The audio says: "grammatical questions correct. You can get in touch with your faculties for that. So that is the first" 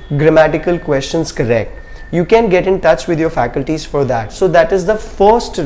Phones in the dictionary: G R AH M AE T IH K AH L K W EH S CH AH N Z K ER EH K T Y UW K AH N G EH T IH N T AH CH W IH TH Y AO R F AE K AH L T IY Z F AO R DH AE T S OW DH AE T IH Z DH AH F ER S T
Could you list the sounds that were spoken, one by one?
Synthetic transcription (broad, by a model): G R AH M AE T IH K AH L K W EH S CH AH N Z K ER EH K T Y UW K AH N G EH T IH N T AH CH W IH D Y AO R F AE K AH L T IY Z F AO R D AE T S OW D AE T IH Z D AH F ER S T